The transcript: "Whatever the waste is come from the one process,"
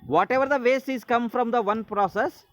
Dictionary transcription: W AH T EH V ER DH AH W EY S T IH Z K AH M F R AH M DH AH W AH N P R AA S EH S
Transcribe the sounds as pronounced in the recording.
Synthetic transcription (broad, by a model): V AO T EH V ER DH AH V EY S IH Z K AH M F R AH M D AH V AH N P R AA S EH S